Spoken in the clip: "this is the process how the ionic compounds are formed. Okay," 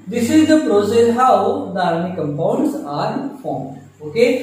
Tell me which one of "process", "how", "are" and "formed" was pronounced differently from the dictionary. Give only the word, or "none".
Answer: formed